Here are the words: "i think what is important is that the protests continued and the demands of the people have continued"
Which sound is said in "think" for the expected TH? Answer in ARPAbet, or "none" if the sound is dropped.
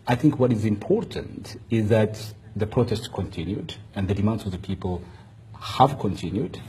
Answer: TH